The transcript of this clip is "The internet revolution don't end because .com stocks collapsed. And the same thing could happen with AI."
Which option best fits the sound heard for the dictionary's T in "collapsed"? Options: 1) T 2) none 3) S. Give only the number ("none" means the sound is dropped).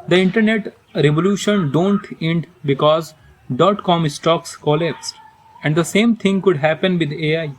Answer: 2